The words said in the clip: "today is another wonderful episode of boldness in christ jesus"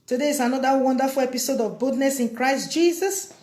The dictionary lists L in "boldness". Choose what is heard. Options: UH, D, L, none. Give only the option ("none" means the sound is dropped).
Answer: none